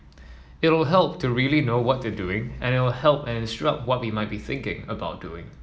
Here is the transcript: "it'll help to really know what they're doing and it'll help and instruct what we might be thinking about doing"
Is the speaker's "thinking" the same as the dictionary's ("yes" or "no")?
yes